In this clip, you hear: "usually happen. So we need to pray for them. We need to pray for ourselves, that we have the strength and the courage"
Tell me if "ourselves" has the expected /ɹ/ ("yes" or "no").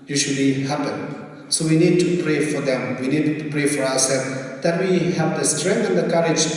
no